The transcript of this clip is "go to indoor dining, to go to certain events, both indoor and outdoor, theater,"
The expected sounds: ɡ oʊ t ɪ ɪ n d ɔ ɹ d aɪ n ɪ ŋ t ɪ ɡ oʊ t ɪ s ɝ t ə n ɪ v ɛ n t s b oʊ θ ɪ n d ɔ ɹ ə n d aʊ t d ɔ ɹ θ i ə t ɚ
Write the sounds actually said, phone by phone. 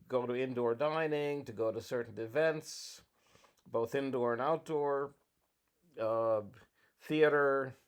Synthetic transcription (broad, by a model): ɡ oʊ t ɪ ɪ n d ɔ ɹ d aɪ n ɪ ŋ t ɪ ɡ oʊ t ɪ s ɝ t n ɪ v ɛ n t s b oʊ θ ɪ n d ɔ ɹ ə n aʊ t d ɔ ɹ θ i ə t ɚ